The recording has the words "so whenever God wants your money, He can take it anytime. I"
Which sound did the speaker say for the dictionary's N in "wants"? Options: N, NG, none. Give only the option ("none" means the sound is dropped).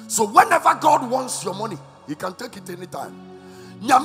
N